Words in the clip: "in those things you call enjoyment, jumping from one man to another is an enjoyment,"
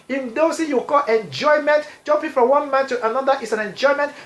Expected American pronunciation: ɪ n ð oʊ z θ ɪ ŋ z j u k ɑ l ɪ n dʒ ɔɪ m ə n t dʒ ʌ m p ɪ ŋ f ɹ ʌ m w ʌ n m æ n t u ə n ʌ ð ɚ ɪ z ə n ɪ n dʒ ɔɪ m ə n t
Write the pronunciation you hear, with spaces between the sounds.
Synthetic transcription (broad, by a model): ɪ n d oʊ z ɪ j u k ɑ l ɪ n dʒ ɔɪ m ə n t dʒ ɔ p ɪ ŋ f ɹ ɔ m w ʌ n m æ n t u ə n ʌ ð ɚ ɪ s ə n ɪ n dʒ ɔɪ m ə n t